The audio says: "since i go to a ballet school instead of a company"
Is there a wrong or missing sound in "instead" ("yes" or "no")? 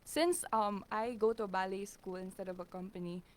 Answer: no